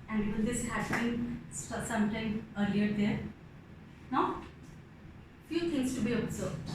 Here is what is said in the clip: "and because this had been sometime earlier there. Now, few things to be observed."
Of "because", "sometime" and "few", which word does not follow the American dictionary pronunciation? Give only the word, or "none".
because